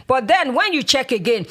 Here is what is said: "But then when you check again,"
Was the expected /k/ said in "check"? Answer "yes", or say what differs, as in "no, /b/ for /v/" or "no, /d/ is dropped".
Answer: yes